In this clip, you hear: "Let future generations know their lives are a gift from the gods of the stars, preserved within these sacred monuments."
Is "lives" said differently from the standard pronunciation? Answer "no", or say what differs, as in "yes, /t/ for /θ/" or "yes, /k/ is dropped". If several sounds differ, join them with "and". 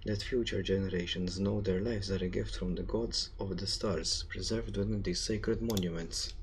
yes, /f/ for /v/